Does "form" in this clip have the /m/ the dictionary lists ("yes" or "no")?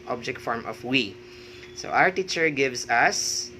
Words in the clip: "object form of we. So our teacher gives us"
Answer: yes